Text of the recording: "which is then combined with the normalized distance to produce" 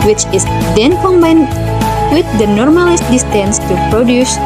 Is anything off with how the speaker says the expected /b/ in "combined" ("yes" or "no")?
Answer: no